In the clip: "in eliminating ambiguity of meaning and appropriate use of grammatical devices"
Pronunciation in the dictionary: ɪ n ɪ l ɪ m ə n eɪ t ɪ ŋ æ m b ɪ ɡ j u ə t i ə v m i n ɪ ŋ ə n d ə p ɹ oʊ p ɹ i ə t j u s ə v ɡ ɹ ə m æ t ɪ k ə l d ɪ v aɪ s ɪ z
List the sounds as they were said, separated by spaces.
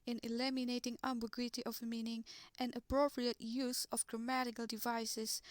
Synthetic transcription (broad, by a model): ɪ n ɪ l ɪ m ə n eɪ t ɪ ŋ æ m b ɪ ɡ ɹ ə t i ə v m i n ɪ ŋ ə n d ə p ɹ oʊ p ɹ i ə t j u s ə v ɡ ɹ ə m æ t ɪ k ə l d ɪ v aɪ s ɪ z